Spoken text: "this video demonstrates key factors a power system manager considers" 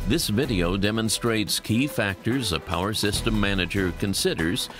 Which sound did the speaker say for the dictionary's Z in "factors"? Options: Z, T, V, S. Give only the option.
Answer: Z